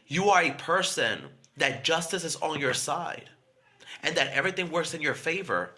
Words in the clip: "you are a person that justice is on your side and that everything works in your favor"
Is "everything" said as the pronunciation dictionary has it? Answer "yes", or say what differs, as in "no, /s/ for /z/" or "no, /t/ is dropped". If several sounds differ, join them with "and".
yes